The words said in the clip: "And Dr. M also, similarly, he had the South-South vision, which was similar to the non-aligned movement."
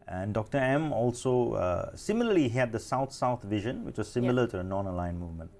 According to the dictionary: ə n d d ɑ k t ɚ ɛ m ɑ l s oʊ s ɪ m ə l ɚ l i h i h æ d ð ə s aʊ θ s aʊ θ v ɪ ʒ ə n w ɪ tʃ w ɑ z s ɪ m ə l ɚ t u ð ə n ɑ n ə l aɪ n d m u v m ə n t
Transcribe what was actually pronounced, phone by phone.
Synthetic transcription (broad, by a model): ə n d d ɑ k t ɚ ɛ m ɑ l s oʊ s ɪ m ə l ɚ l i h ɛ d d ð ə s aʊ t s aʊ t v ɪ ʒ ə n w ɪ tʃ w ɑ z s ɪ m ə l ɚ t u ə n ɑ n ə l aɪ n m u v m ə n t